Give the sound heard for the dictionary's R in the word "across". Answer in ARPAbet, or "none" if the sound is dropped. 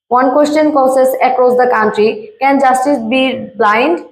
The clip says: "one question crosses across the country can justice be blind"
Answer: R